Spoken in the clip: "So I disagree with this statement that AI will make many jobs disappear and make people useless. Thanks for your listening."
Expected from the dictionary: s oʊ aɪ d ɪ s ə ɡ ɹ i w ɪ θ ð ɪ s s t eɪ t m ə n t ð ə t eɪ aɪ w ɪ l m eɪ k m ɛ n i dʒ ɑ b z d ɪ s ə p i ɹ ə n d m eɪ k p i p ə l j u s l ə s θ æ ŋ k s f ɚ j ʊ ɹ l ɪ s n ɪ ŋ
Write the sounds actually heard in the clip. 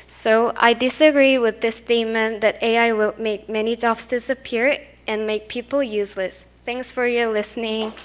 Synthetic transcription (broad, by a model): s oʊ aɪ d ɪ s ə ɡ ɹ i w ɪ ð ɪ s s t eɪ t m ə n ð ə t eɪ aɪ w ɪ l m eɪ k m ɛ n i dʒ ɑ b s d ɪ s ə p i ɹ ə n m eɪ k p i p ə l j u s l ə s θ æ ŋ k s f ɚ j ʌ ɹ l ɪ s n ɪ ŋ